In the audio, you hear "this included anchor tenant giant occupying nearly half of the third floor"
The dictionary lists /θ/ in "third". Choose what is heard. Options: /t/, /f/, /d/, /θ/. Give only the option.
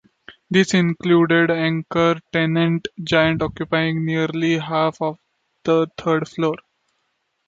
/t/